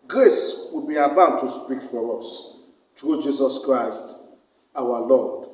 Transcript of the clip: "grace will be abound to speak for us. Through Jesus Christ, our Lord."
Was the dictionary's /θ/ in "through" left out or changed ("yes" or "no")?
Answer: yes